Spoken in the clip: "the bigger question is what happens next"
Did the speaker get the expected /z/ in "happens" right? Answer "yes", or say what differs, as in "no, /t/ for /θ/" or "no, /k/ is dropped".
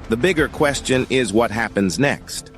yes